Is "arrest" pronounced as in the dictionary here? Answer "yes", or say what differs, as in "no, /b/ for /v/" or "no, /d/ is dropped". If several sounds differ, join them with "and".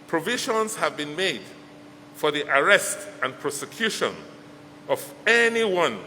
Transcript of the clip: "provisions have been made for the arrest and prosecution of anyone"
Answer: yes